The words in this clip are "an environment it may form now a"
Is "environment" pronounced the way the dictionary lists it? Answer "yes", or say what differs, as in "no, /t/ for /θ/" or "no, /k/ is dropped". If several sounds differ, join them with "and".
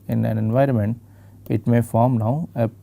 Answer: yes